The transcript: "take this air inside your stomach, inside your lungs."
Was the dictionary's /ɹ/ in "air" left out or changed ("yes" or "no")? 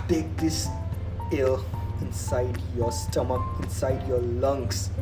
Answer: yes